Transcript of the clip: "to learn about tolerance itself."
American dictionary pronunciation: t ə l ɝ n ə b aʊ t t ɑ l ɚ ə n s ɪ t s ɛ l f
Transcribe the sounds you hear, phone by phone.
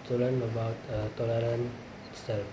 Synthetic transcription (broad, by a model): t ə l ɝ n ə b aʊ t t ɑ l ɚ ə n ɪ t s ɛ l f